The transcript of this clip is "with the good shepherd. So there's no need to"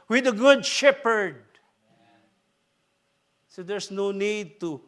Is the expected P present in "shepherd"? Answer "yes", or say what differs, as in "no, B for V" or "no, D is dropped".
yes